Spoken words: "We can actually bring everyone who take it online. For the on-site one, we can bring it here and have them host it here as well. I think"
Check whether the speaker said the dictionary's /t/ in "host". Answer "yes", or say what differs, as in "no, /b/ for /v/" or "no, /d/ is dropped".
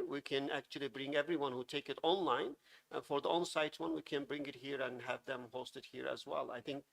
yes